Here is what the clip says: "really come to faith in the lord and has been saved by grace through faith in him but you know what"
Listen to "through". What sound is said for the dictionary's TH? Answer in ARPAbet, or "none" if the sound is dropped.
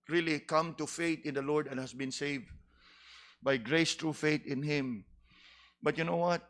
T